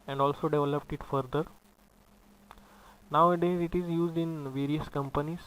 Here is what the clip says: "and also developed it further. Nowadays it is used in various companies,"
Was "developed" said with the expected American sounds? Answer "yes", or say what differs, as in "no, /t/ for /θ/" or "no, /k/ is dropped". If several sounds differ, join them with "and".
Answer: yes